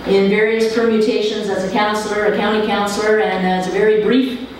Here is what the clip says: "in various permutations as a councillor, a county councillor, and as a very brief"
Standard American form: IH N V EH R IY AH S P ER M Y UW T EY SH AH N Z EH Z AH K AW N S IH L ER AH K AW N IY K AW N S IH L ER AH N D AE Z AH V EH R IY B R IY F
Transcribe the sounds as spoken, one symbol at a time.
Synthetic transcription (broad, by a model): IH N V EH R IY AH S P ER M Y UW T EY SH AH N Z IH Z AH K AW N S L ER AH K AW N IY K AW N S L ER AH N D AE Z AH V EH R IY B R IY F